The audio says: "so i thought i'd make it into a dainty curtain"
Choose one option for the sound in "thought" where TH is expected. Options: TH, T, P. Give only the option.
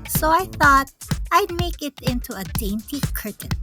TH